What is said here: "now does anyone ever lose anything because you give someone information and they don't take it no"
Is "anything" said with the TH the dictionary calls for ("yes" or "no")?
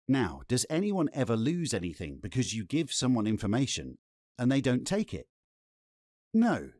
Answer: yes